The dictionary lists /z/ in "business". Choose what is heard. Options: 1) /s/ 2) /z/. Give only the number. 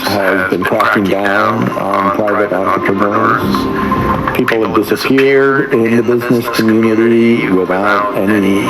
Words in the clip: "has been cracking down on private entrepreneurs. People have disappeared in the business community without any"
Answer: 2